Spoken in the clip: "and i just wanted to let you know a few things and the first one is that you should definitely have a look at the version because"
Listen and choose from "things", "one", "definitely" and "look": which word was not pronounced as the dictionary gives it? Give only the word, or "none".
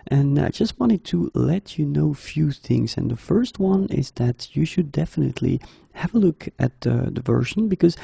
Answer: none